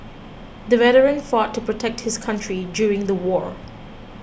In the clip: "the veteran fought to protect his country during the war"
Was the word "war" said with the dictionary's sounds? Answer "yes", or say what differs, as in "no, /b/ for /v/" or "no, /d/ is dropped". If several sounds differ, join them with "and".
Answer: yes